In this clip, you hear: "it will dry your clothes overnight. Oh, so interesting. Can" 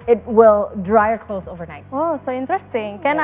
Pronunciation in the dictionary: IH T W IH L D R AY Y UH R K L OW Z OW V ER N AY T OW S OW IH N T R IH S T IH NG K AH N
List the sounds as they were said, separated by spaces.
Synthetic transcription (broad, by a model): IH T W IH L D R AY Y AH R K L OW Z OW V ER N AY T OW S OW IH N T R IH S T IH NG K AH N